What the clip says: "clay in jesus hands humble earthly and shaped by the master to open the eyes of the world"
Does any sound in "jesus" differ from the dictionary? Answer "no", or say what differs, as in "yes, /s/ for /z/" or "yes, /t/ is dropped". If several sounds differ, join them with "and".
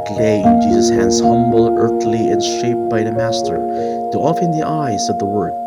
no